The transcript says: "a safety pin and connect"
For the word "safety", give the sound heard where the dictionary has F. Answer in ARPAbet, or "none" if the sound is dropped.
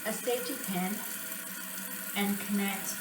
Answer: none